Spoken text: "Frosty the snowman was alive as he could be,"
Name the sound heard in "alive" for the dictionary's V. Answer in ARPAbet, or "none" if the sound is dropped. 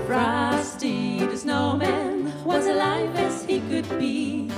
V